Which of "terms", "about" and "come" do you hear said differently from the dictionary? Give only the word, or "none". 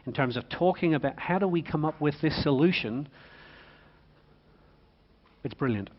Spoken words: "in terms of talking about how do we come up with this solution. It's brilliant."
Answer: none